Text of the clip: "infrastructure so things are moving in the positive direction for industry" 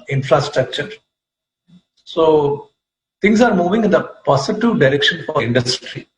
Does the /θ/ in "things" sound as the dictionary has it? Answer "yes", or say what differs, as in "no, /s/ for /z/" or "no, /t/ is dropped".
no, /t/ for /θ/